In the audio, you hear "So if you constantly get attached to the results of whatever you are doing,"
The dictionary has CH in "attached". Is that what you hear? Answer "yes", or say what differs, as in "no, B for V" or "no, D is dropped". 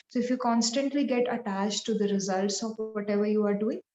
yes